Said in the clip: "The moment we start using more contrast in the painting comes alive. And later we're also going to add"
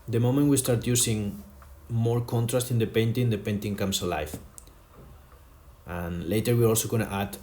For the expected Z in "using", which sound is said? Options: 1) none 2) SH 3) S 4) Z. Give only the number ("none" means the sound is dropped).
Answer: 3